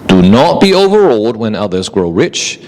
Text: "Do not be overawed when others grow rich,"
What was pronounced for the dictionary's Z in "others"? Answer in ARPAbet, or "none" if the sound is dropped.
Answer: Z